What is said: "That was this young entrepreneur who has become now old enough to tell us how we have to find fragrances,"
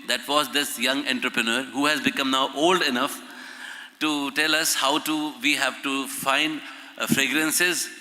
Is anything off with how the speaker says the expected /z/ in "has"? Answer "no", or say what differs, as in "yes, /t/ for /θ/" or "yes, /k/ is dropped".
no